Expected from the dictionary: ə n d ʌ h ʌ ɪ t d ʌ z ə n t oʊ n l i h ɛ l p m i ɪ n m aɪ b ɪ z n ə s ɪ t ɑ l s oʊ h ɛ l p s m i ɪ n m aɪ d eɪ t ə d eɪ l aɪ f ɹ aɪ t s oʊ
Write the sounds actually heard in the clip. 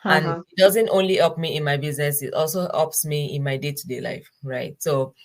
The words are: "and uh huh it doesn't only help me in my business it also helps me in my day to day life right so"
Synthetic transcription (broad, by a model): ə n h ɪ t d ʌ z ə n t oʊ n l i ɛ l p m i ɪ n m aɪ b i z n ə s ɪ t ɑ l s oʊ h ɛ p s m i ɪ n m aɪ d eɪ t d eɪ l aɪ f ɹ aɪ t s oʊ